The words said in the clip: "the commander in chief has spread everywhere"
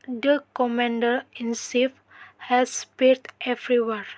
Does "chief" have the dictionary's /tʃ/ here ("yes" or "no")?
no